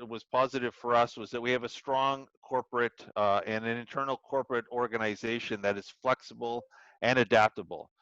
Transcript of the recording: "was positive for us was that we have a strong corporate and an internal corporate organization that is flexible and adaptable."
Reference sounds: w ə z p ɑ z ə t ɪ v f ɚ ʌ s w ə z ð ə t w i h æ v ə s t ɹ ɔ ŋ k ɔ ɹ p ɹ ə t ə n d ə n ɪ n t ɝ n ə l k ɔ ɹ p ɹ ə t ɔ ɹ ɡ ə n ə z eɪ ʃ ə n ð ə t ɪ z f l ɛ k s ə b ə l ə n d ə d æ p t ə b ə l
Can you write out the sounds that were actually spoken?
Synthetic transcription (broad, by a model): w ə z p ɑ z ə t ɪ v f ɚ ʌ s w ə z ð ə t w i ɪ v ə s t ɹ ɔ ŋ k ɔ ɹ p ɹ ə t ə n ə n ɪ n t ɝ n l k ɔ ɹ p ɹ ə t ɔ ɹ ɡ ə n ə z eɪ ʃ ə n ð ə t ɪ z f l ɛ k s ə b l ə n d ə d æ p t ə b l